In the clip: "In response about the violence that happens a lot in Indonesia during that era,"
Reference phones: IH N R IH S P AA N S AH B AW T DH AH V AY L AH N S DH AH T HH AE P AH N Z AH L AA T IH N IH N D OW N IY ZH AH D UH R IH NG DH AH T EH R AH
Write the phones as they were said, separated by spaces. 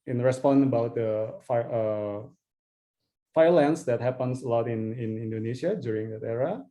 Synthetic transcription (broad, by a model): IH N R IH S P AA N AH B AW T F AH F AY L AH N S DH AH T HH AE P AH N S AH L AA T IH N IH N D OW N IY SH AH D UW R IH NG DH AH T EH R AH